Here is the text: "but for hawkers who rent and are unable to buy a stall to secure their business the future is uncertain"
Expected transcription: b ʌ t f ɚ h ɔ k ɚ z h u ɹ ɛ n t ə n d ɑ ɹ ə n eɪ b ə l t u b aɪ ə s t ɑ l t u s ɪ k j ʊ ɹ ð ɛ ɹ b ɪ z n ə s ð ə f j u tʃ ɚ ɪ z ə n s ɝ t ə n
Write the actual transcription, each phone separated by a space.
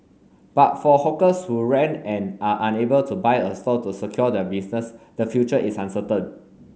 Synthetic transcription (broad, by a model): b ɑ t f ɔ h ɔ k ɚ s h u ɹ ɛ n ə n ɑ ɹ ə n eɪ b ə l t u b aɪ ə s t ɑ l t u s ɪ k j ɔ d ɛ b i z n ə s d ə f j u tʃ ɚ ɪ s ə n s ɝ t ə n